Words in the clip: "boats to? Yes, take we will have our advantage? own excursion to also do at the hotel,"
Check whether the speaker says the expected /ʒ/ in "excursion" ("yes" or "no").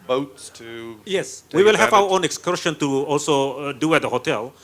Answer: no